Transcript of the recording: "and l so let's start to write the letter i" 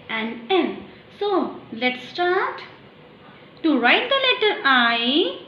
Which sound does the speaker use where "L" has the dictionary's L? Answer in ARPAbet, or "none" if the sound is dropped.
N